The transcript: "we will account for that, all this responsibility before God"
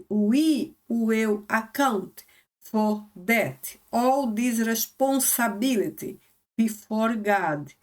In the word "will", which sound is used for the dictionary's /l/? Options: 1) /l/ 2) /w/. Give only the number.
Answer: 2